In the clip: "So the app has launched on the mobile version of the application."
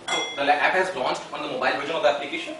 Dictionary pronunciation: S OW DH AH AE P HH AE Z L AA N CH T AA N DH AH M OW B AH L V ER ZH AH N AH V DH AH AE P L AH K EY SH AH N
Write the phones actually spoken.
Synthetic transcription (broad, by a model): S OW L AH AE P HH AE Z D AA N S T AA N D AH M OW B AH L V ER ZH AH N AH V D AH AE P L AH K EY SH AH N